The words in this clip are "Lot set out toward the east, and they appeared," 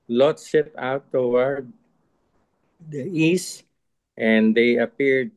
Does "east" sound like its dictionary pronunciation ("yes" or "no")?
yes